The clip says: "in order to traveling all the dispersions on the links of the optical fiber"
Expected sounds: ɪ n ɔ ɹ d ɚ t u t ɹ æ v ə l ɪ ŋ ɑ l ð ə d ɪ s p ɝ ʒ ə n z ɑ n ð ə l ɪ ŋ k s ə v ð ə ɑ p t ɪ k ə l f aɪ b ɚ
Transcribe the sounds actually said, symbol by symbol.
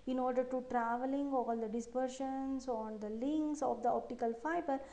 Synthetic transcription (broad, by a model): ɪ n ɔ ɹ d ɚ t u t ɹ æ v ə l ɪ ŋ ɑ l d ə d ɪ s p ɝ ʃ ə n s ɑ n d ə l ɪ ŋ k s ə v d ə ɑ p t ɪ k ə l f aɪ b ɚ